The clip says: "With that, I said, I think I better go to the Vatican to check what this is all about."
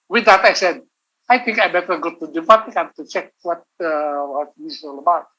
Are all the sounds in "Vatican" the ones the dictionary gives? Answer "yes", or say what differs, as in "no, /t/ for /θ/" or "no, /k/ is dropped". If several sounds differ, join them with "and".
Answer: no, /p/ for /v/